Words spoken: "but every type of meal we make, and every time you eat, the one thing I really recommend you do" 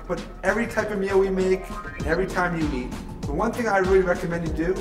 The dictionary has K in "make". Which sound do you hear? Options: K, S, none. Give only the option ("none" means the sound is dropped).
none